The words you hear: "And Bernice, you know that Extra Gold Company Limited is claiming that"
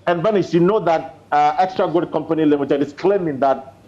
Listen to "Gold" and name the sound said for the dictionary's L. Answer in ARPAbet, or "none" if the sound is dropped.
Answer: none